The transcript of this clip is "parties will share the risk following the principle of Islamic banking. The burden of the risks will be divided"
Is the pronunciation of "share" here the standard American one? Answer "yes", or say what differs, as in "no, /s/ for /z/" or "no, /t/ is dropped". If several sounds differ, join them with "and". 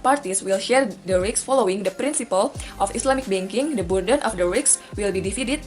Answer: yes